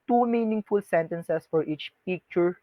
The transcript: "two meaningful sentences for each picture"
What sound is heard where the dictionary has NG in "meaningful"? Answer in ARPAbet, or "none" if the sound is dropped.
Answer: NG